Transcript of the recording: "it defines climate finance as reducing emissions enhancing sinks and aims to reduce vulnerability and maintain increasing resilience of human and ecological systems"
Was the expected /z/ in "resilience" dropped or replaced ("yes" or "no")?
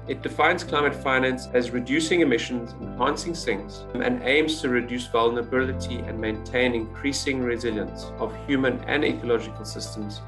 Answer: no